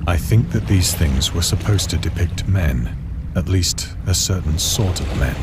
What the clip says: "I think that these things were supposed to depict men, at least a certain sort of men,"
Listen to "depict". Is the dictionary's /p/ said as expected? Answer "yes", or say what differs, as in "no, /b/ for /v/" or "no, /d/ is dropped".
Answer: yes